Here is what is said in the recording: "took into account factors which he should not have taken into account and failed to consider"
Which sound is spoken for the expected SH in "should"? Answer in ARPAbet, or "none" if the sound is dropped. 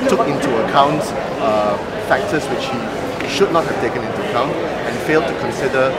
SH